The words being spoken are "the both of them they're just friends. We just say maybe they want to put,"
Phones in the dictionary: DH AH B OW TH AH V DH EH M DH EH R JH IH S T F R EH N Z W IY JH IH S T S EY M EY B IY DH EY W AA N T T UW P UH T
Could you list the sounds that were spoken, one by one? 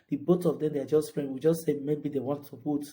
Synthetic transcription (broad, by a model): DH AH B OW S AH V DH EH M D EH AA JH IH S T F R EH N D W IY JH IH S T S EY M EY B IY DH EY W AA N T T UW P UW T